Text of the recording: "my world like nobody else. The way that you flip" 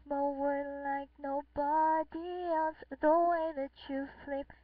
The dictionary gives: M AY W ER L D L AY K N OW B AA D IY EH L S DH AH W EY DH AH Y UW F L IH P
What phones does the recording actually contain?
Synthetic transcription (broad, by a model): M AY W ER D L AY K N OW B AA D IY EH L S DH AH W EY DH AH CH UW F L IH P